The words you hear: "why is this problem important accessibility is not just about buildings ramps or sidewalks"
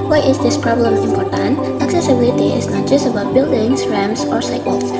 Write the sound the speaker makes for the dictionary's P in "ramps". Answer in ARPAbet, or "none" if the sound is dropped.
none